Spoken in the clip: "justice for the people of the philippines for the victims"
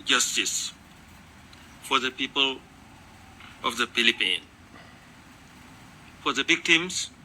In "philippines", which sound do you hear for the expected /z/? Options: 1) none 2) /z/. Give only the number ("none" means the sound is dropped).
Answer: 1